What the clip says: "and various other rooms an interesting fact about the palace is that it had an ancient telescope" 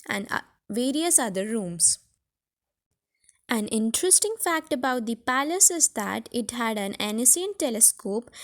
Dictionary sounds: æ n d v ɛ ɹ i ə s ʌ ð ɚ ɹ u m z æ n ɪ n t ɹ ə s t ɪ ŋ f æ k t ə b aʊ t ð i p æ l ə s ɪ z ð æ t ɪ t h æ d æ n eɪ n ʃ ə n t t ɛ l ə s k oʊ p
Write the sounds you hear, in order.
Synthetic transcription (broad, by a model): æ n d v ɛ ɹ i ə s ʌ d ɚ ɹ u m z æ n ɪ n t ɹ ə s t ɪ ŋ f æ k t ə b aʊ t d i p æ l ə s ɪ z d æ t ɪ t h æ d æ n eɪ n s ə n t t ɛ l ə s k oʊ p